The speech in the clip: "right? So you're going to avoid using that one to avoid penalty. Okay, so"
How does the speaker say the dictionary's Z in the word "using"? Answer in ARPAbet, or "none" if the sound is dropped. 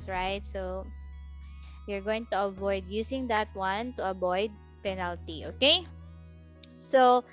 S